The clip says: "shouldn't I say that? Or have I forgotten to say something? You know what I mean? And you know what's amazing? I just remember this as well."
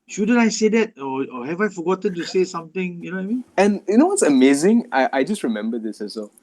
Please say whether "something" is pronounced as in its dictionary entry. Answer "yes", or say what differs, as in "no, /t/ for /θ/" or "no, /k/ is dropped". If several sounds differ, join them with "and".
no, /t/ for /θ/